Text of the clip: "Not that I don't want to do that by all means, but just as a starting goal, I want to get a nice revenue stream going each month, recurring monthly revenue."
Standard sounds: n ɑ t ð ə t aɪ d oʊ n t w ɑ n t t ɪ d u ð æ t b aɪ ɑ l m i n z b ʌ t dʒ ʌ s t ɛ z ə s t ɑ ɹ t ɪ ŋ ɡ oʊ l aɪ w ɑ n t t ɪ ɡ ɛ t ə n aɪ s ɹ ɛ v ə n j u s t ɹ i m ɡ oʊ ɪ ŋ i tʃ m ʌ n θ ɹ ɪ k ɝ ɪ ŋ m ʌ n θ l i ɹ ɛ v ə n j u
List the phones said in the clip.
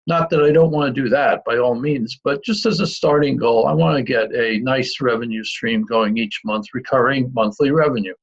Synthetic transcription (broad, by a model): n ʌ t ð ə t aɪ d oʊ n t w ɑ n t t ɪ d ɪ ð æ t b aɪ ɑ l m i n z b ʌ t dʒ ʌ s t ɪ z ə s t ɑ ɹ t ɪ ŋ ɡ oʊ l aɪ w ɑ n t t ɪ ɡ ɛ t ə n aɪ s ɹ ɛ v ə n j u s t ɹ i m ɡ oʊ ɪ ŋ i tʃ m ʌ n θ ɹ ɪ k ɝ ɪ ŋ m ʌ n θ l i ɹ ɛ v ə n j u